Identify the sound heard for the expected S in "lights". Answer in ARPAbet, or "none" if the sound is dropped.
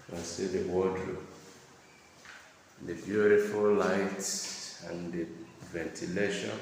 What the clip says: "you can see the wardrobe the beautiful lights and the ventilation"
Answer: none